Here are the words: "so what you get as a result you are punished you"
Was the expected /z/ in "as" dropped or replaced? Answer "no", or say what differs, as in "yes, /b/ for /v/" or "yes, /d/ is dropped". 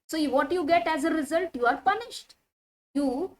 no